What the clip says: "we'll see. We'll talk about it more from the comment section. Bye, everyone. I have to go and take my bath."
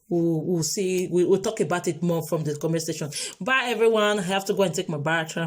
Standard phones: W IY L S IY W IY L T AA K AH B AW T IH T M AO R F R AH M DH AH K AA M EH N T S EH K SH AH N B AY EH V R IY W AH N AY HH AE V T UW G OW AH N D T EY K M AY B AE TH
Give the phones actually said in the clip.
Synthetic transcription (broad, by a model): W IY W S IY W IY W T AA K AH B AW T IH T M AO F R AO M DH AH K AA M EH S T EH SH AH N B AY EH V R IY W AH N AY HH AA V T UW G OW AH N T EY K M AY B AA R